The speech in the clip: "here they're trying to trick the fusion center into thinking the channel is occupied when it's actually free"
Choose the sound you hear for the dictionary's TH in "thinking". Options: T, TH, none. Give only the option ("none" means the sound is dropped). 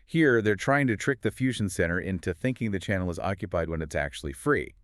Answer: TH